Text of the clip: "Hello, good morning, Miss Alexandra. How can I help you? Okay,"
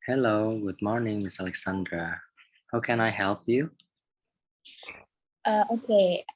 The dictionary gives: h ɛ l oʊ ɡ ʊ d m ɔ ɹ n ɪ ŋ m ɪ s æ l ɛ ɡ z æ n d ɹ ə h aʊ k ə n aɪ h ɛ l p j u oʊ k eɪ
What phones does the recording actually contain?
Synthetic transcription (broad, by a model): h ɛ l oʊ ɡ ʊ d m ɔ ɹ n ɪ ŋ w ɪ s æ l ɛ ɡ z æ n d ɹ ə h aʊ k ə n aɪ h ɛ l p j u oʊ k eɪ